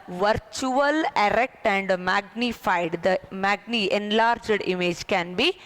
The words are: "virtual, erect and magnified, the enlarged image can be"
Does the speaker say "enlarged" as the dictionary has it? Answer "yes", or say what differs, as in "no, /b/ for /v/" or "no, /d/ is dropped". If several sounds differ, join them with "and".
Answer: yes